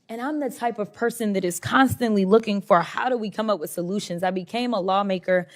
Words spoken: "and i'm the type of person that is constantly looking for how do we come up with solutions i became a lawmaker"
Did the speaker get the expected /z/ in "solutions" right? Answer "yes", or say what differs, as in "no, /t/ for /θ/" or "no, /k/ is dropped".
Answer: yes